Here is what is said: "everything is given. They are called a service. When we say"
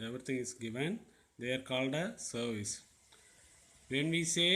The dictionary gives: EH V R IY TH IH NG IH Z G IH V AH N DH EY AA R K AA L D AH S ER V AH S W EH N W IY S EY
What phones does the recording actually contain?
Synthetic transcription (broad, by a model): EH V R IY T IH NG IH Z G IH V AH N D EY AA R K AA L D AH S ER V AH S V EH N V IY S EY